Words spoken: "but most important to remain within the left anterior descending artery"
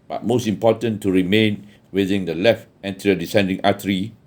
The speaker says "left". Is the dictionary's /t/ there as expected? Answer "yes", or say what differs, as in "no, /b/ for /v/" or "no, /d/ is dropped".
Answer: yes